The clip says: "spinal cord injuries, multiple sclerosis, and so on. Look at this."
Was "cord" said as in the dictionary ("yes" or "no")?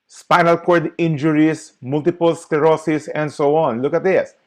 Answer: yes